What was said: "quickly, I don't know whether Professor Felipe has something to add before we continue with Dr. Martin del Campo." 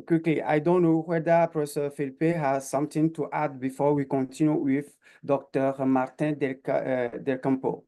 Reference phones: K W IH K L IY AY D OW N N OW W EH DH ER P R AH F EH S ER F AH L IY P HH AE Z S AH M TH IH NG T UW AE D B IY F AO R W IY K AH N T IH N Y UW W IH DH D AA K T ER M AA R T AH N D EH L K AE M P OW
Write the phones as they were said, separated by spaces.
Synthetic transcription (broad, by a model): K W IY K L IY AY D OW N N OW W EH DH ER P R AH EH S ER F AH L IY P HH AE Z S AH M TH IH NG T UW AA D B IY F AO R W IY K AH N T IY N Y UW W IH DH D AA K T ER M AA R T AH L D EH L K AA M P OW